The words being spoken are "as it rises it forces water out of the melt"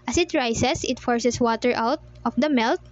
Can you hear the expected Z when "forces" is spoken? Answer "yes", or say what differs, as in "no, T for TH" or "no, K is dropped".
no, S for Z